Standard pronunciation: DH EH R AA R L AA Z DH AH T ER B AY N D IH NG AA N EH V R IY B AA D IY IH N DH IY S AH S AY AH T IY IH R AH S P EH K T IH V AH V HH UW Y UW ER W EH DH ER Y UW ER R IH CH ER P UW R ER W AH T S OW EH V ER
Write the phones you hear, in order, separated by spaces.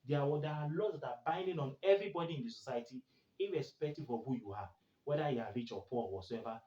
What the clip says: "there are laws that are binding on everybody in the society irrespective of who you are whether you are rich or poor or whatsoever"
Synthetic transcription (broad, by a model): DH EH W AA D L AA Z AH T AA B AY N D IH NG AA N EH V R IY B AA D IY IH N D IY S AH S AY AH T IY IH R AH S P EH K T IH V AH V HH UW Y UW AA W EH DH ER Y UW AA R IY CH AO P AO L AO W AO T S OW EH V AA